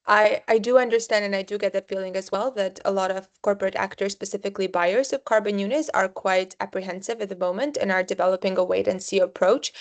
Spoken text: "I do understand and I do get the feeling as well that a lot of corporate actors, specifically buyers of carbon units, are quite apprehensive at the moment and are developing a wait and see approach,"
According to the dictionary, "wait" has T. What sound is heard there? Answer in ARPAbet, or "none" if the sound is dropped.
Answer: T